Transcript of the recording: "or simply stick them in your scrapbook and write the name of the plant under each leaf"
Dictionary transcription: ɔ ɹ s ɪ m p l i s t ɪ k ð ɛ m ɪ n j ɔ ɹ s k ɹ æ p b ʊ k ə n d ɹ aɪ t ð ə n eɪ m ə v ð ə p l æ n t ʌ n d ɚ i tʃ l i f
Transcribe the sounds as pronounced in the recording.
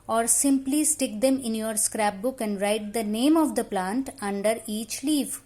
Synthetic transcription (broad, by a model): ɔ ɹ s ɪ m p l i s t ɪ k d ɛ m ɪ n j ɔ ɹ s k ɹ æ p b ʊ k ə n d ɹ aɪ t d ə n eɪ m ə v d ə p l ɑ n t ʌ n d ɚ i tʃ l i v